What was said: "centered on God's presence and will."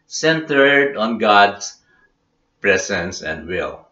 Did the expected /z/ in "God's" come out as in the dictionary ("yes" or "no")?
no